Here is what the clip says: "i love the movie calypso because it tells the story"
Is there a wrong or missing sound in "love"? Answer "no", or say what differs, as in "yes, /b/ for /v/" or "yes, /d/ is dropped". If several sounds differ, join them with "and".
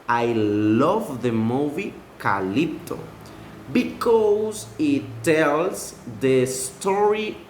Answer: no